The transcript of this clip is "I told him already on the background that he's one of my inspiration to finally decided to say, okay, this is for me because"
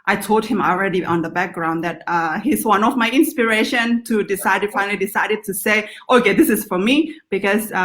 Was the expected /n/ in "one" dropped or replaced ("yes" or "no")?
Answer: no